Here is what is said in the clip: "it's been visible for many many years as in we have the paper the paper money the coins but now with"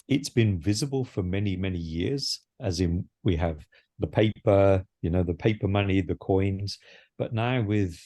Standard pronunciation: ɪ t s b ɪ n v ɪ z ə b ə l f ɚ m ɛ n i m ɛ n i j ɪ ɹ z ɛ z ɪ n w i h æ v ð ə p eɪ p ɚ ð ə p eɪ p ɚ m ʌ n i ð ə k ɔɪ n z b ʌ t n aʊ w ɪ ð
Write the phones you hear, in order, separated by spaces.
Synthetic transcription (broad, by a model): ɪ t s b ɪ n v ɪ z ə b ə l f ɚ m ɛ n i m ɛ n i j ɪ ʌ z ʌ z ɪ n w i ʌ v ð ə p eɪ p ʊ ð ə p eɪ p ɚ m ʌ n i ð ə k ɔɪ n z b ʌ t n aʊ w ɪ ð